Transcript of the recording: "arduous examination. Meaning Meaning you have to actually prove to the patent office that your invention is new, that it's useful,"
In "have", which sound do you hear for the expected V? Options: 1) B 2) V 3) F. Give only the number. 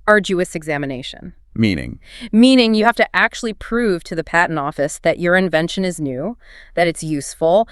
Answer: 3